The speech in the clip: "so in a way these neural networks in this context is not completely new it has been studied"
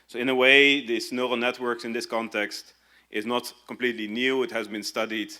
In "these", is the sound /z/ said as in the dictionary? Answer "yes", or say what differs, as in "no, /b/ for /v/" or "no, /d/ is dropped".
no, /s/ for /z/